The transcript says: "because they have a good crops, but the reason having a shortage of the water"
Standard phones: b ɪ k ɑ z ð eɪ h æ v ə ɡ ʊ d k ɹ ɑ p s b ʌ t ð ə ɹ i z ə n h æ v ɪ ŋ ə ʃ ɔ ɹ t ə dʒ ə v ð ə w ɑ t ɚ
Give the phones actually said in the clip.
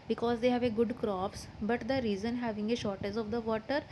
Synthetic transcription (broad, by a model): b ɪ k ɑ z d eɪ h æ v ə ɡ ʊ d k ɹ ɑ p s b ʌ t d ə ɹ i z ə n h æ v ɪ ŋ ə ʃ ɔ ɹ t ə z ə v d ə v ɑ t ɚ